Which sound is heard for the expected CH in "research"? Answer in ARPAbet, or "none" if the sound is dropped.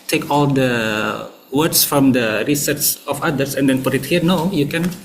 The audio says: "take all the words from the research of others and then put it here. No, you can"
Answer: S